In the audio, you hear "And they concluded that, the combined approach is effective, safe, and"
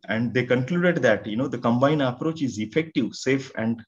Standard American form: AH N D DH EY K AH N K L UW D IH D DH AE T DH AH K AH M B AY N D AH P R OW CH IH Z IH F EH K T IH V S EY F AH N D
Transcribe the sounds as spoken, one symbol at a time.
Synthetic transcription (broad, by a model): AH N D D EY K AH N K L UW D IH D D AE T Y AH K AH M B AY N AH P R OW CH IH Z IH F EH K T IH V S EY F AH N D